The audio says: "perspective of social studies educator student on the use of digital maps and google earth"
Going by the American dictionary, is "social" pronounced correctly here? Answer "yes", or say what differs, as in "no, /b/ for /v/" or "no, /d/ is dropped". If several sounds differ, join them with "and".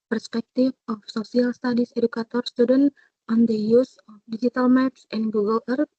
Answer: no, /s/ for /ʃ/